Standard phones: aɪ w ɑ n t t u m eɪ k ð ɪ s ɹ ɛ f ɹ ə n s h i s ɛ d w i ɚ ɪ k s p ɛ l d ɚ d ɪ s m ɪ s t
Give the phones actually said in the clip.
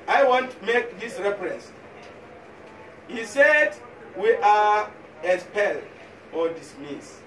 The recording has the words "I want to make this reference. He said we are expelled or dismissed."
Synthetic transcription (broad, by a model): aɪ w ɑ n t t u m eɪ k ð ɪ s ɹ ɛ f ɹ ə n s h i s ɛ d w i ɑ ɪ s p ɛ l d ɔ d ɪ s m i s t